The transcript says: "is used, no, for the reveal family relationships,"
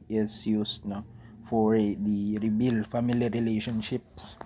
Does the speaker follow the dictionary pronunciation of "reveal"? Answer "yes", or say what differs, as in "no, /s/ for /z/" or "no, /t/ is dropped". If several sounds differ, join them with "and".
no, /b/ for /v/